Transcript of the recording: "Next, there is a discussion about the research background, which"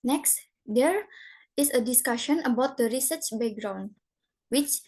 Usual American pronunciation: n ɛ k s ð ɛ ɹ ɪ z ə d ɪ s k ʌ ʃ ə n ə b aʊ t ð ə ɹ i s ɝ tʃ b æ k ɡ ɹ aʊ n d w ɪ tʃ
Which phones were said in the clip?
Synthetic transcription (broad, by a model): n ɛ k s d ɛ ɹ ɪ s ə d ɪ s k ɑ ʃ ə n ə b aʊ t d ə ɹ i s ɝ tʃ b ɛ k ɡ ɹ aʊ n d w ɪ tʃ